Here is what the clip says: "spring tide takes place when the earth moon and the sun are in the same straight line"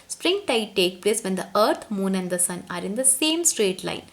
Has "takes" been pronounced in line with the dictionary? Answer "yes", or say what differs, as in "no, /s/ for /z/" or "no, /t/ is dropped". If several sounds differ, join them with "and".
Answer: no, /s/ is dropped